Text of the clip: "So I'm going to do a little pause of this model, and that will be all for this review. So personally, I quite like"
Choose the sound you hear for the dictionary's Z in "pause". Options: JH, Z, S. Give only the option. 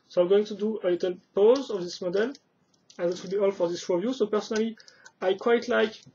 Z